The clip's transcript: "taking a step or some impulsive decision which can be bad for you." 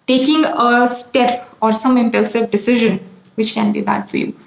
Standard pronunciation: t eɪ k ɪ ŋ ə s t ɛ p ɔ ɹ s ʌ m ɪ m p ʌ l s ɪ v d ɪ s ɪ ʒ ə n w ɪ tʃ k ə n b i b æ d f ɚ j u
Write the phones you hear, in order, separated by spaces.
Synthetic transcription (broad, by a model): t eɪ k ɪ ŋ ə s t ɛ p ɔ ɹ s ʌ m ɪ m p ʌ l s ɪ v d ɪ s ɪ ʒ ə n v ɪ tʃ k ə n b i b æ d f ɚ j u